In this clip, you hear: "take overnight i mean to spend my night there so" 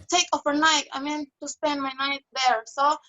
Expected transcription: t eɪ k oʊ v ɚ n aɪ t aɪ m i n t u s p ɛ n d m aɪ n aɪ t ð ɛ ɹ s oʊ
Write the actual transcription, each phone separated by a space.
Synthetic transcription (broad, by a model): t eɪ k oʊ f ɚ n aɪ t aɪ m i n t u s p ɛ n d m aɪ n aɪ t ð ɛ ɹ s oʊ